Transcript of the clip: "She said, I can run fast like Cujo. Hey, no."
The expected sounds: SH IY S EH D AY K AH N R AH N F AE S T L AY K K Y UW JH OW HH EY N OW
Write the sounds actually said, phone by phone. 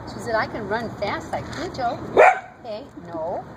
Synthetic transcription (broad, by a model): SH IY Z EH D AY K AH N R AH N F AE S T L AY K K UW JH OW HH EY N OW